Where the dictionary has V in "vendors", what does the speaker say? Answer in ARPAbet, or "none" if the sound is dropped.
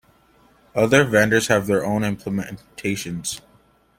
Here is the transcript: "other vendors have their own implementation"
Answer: V